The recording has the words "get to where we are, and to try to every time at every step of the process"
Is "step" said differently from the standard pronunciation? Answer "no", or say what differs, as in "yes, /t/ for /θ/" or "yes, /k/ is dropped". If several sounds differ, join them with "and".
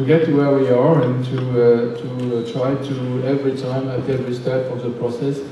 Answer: yes, /f/ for /p/